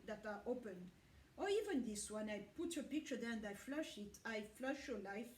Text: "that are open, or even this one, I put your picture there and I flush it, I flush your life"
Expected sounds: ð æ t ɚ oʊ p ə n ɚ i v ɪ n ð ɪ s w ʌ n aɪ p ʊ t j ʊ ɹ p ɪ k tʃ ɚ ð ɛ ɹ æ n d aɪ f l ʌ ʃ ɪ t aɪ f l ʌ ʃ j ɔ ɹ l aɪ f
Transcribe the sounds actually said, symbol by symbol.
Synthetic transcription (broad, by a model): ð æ t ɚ oʊ p ə n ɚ i v ɪ n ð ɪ s w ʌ n aɪ p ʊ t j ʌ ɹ p ɪ k tʃ ɚ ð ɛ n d aɪ f l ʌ ʃ ɪ t aɪ f l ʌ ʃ j ɔ ɹ l aɪ f